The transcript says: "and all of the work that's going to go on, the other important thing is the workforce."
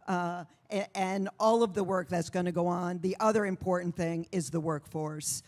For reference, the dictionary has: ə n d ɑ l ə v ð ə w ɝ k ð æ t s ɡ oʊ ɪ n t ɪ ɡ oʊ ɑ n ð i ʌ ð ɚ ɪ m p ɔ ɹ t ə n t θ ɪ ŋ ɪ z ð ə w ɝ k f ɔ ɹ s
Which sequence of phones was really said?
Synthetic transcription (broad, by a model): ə n ɑ l ə v ð ə w ɝ k ð æ t s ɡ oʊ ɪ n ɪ ɡ oʊ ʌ n ð i ʌ ð ɚ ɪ m p ɔ ɹ t n θ ɪ ŋ ɪ z ð ə w ɝ k f ɔ ɹ s